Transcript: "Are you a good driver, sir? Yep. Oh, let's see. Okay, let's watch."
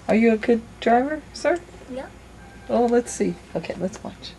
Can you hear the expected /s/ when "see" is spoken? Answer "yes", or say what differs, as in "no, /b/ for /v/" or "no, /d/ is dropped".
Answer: yes